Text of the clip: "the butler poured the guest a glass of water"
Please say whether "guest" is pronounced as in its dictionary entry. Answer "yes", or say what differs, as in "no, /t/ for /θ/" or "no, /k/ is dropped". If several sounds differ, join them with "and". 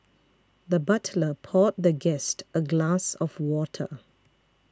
yes